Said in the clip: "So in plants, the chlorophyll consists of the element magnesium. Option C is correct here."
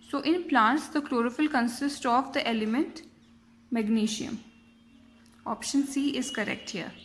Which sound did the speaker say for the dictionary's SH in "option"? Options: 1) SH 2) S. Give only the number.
1